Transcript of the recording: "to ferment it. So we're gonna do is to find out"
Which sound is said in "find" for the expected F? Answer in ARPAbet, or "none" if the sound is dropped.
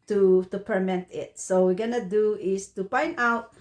P